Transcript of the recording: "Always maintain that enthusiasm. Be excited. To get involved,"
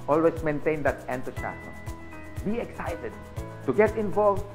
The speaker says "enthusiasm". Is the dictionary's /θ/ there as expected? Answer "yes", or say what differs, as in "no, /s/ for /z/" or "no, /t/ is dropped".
no, /t/ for /θ/